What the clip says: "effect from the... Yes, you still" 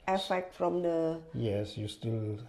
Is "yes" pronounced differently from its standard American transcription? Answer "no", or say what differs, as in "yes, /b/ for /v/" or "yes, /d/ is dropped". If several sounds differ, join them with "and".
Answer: no